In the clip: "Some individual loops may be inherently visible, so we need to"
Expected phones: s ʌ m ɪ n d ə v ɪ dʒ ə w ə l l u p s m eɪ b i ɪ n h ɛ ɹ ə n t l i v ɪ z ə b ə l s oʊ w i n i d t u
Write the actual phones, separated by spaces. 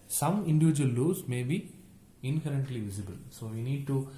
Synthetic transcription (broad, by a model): s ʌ m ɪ n d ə v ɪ dʒ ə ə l l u s m eɪ b i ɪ n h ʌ ɹ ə n t l i v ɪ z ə b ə l s oʊ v i n i d t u